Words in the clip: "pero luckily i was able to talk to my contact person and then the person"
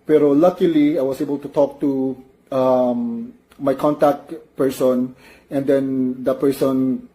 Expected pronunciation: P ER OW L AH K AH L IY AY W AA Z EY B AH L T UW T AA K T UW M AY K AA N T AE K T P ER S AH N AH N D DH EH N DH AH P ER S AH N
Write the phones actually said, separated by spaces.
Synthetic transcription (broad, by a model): P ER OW L AH K AH L IY AY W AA S EY B AH L T UW T AA K T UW M AY K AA N T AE K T P ER S AH N AH N D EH N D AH P ER S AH N